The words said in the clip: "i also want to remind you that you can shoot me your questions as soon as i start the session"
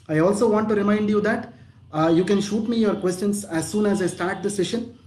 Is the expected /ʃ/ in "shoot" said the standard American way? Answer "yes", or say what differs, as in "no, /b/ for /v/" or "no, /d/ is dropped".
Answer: yes